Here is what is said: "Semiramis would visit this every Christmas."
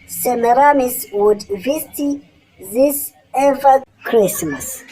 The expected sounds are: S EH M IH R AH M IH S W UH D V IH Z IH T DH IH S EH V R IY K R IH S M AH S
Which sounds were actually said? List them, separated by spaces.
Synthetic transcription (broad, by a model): S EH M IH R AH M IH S W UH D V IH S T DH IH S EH V IY K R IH S M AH S